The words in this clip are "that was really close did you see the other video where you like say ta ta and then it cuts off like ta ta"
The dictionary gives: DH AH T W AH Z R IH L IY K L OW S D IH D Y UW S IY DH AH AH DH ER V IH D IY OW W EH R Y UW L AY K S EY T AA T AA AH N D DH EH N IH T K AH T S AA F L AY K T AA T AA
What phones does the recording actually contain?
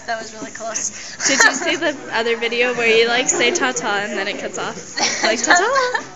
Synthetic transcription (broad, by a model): DH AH T W AH Z R IH L IY K L OW S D IH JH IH S IY DH AH AH DH ER V IH D IY OW W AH R Y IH L AY K S EY T AA T AA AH N DH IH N IH T K AH T S AA F L AY K T AA T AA